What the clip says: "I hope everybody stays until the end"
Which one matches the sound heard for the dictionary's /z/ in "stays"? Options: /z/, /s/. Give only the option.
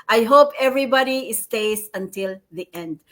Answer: /s/